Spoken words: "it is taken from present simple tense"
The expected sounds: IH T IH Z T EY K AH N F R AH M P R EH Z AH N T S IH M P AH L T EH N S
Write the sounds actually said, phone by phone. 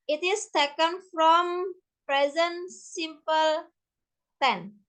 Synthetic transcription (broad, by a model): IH T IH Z T EY K AH N F R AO M P R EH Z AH N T S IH M P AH L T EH N